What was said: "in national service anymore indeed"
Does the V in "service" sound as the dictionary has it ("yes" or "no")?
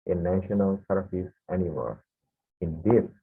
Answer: no